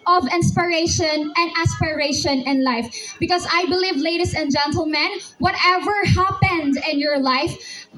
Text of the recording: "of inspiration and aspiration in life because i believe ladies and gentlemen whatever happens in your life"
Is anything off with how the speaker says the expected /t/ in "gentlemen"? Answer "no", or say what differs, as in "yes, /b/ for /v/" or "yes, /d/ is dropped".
no